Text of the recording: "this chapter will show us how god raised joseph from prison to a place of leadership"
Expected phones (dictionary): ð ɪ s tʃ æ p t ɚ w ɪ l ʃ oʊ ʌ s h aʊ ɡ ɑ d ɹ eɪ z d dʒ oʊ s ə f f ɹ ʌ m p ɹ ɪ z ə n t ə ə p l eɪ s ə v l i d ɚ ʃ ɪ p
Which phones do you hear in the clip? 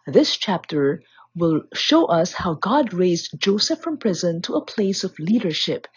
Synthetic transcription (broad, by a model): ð ɪ s tʃ æ p t ɚ w ɪ l ʃ oʊ ʌ s h aʊ ɡ ɑ d ɹ eɪ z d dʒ oʊ s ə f f ɹ ʌ m p ɹ ɪ z ə n t ə ə p l eɪ s ə v l i d ɚ ʃ ɪ p